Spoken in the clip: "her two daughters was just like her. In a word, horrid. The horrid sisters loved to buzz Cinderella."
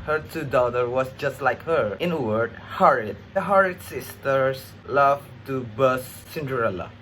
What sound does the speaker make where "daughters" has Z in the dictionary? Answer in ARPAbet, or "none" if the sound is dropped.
none